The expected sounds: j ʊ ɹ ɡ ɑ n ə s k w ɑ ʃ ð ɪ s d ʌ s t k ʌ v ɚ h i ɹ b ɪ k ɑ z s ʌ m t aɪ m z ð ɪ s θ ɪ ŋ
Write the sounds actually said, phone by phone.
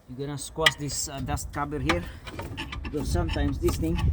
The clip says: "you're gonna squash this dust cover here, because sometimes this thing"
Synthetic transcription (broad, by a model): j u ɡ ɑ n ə s k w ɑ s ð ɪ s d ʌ s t k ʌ b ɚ h i ɹ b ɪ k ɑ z s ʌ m t aɪ m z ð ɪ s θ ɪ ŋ